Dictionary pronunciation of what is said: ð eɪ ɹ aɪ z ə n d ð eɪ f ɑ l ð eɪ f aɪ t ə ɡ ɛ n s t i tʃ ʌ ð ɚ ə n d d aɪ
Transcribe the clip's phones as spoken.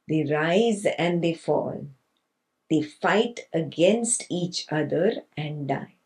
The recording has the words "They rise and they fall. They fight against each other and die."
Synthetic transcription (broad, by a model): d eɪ ɹ aɪ z ə n d eɪ f ɑ l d eɪ f aɪ t ə ɡ ɛ n s t i tʃ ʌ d ɚ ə n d d aɪ